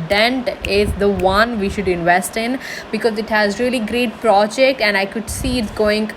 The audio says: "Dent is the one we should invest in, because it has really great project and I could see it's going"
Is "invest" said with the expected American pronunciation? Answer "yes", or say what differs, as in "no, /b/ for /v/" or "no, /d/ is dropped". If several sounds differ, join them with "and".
yes